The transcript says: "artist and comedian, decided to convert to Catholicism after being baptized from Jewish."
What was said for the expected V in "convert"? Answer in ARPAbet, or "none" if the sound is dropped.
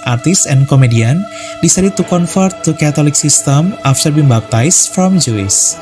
F